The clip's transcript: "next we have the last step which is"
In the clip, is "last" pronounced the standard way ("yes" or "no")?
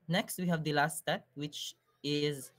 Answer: yes